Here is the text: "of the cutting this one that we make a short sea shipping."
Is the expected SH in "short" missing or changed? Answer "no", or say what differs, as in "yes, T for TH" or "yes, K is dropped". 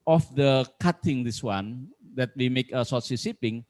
yes, S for SH